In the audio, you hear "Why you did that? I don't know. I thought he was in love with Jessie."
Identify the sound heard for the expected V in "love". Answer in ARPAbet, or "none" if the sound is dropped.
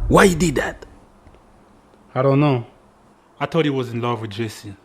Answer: V